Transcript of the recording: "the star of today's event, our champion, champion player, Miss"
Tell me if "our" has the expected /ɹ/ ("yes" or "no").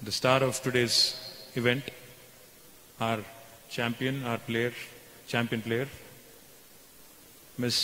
yes